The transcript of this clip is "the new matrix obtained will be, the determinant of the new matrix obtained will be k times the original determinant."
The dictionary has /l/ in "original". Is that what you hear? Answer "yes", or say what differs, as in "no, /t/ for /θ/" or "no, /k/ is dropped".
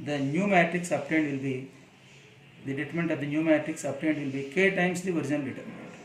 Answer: no, /n/ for /l/